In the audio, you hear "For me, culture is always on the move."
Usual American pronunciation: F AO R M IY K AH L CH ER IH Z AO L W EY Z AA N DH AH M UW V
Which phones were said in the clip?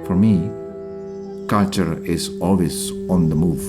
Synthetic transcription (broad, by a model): F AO R M IY K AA CH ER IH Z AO L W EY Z AA N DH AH M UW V